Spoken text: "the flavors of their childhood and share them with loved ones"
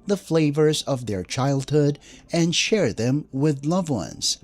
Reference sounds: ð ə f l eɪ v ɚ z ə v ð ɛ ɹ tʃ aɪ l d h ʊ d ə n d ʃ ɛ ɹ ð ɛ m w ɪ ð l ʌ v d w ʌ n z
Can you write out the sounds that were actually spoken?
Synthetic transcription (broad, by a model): ð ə f l eɪ v ɚ z ə v ð ɛ ɹ tʃ aɪ l d h ʊ d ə n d ʃ ɛ ɹ ð ɛ m w ɪ ð l ʌ v w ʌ n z